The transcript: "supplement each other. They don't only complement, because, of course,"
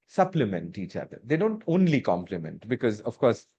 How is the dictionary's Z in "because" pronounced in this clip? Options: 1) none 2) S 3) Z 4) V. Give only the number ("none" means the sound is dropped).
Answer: 3